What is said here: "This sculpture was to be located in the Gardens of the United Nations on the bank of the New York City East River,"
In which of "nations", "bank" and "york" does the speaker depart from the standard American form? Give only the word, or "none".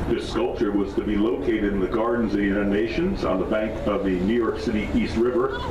none